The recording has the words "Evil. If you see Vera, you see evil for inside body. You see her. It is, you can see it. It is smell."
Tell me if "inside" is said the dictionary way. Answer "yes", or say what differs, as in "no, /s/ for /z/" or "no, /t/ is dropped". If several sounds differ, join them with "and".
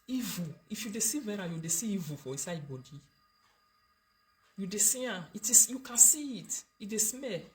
no, /n/ is dropped